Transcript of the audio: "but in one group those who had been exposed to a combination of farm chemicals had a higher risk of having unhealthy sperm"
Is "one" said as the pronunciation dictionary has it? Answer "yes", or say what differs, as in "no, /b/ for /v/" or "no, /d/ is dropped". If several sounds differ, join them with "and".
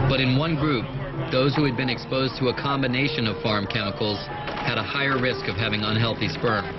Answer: yes